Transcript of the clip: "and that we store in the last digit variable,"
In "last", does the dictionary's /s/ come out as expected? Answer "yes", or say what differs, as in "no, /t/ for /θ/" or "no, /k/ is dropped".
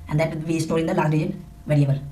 no, /s/ is dropped